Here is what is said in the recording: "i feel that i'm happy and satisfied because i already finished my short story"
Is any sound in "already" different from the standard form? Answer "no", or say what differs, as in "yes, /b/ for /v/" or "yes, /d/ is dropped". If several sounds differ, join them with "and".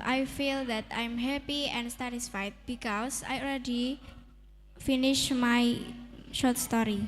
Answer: yes, /l/ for /ɹ/